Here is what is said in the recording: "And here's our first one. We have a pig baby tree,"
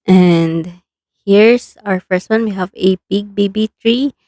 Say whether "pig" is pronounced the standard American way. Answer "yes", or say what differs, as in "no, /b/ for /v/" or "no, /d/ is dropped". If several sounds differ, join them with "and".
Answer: no, /b/ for /p/